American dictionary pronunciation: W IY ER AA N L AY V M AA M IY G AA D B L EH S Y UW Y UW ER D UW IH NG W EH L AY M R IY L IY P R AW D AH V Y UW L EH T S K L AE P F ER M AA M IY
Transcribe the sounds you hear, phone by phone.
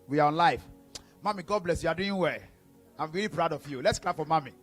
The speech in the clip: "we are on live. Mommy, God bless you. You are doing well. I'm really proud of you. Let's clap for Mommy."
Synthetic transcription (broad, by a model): W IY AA AA N L AY F M AA M IY G AA D B L EH S Y UW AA D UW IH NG W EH AY M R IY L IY P R AW D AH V Y UW L EH T S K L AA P F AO M AA M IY